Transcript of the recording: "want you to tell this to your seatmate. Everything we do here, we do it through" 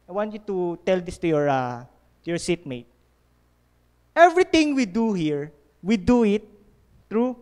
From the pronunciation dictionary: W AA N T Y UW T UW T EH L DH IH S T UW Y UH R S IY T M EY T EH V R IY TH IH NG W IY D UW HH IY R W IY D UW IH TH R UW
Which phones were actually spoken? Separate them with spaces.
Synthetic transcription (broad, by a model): W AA N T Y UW T UW T EH L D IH S T UW Y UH R S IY T M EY T EH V R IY T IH NG W IY D UW HH IY R W IY D UW IH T R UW